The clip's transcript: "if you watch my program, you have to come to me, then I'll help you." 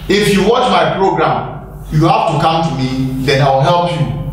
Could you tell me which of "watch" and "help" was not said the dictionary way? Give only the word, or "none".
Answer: none